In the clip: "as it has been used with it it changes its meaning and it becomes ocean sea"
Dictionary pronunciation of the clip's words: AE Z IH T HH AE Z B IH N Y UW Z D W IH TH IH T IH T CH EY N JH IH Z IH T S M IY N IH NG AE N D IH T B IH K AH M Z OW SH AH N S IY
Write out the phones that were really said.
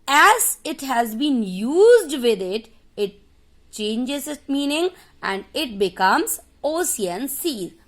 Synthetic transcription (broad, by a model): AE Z IH T HH AE Z B IH N Y UW Z D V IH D IH T IH T CH EY N JH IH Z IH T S M IY N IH NG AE N D IH T B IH K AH M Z OW S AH N S IY